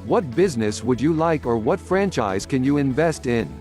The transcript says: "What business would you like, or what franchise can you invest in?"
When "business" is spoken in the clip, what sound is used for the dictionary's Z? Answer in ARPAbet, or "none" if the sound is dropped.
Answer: Z